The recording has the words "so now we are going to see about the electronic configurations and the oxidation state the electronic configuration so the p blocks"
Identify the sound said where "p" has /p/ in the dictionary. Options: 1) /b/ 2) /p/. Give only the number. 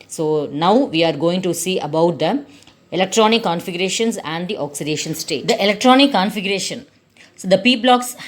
2